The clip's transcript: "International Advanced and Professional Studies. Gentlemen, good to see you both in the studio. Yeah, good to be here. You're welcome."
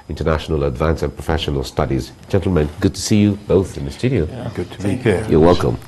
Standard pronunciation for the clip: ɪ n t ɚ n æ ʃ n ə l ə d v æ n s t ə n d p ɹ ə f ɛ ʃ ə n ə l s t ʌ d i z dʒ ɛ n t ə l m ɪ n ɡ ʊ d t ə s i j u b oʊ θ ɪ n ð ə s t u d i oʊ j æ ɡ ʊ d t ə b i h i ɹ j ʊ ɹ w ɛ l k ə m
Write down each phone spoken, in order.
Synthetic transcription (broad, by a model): ɪ n t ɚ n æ ʃ n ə l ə d v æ n s ə n p ɹ ə f ɛ ʃ ə n ə l s t ʌ d i z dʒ ɛ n t l m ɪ n ɡ ʊ d t ə s i j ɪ b oʊ θ ɪ n ð ə s t u d i oʊ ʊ ɡ ʊ d t ə b i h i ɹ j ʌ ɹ w ɛ l k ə m